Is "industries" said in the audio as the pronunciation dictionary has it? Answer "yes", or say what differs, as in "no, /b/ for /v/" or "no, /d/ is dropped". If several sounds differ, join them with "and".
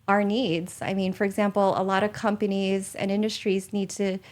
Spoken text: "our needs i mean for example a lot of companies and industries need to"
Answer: yes